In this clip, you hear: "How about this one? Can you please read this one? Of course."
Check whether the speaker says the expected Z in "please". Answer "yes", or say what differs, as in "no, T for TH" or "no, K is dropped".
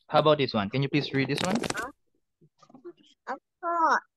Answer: no, S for Z